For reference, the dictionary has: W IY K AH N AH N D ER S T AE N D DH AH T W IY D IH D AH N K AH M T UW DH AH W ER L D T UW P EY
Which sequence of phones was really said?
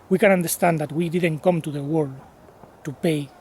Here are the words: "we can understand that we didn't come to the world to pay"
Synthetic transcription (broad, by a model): W IY K AH N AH N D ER S T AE N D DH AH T W IY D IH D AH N K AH M T UW DH AH W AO D T UW P EY